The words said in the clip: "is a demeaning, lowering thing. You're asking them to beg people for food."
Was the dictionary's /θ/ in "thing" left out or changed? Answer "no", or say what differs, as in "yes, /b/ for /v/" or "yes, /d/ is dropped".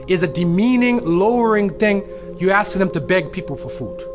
no